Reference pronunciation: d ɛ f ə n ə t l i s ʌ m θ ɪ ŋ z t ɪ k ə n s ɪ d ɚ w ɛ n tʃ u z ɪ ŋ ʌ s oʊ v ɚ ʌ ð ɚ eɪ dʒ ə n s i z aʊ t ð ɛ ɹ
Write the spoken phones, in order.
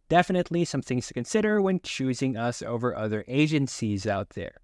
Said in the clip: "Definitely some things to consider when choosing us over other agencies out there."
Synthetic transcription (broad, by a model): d ɛ f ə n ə t l i s ʌ m θ ɪ ŋ z t ɪ k ə n s ɪ d ɚ w ɛ n tʃ u z ɪ ŋ ʌ s oʊ v ɚ ʌ ð ɚ eɪ dʒ ə n s i z aʊ t ð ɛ ɹ